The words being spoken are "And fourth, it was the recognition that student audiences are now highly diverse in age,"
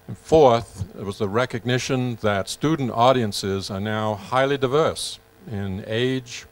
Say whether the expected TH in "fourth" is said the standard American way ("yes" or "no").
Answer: yes